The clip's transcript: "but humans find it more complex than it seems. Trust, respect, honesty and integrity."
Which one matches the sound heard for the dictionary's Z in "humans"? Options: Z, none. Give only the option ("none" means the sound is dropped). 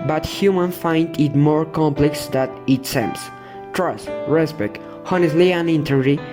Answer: none